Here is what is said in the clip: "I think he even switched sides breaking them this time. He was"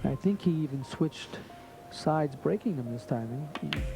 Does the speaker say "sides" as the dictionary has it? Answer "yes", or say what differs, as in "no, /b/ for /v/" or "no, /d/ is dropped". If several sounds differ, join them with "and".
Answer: yes